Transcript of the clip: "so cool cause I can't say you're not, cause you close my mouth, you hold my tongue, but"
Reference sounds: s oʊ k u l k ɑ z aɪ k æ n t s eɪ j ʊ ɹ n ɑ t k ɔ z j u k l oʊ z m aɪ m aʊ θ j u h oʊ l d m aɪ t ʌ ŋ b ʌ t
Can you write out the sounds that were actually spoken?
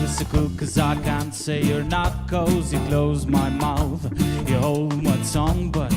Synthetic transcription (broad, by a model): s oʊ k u k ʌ z aɪ k æ n t s eɪ j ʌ ɹ n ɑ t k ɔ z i k l oʊ z m aɪ m aʊ θ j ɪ h oʊ l d m aɪ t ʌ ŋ b ʌ t